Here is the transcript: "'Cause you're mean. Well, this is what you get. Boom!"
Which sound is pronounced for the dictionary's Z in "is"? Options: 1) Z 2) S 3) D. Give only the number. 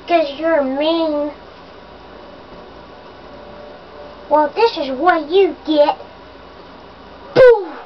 1